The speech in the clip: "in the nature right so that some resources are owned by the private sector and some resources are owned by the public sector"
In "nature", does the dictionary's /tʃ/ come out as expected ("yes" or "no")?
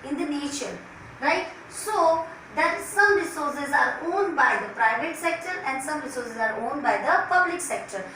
no